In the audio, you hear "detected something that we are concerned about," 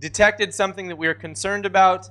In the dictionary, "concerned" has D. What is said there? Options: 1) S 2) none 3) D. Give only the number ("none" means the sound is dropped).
3